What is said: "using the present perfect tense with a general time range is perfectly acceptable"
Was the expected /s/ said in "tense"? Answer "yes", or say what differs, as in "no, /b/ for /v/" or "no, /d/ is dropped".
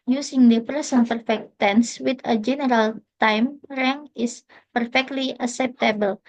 yes